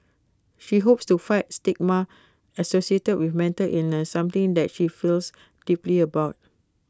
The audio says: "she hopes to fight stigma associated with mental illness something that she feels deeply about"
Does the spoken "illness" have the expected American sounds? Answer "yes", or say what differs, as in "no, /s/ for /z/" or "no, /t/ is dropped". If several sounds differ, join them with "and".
no, /l/ is dropped